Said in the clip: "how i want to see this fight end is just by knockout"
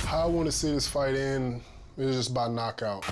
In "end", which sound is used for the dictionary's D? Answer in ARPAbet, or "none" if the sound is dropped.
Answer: none